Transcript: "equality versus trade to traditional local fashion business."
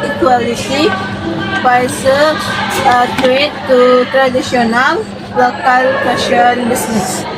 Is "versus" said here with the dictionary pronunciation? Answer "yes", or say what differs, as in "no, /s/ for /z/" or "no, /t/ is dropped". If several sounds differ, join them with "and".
no, /z/ is dropped